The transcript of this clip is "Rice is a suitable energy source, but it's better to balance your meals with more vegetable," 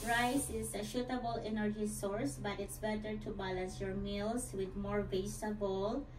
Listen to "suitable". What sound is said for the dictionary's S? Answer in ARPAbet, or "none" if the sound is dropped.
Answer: SH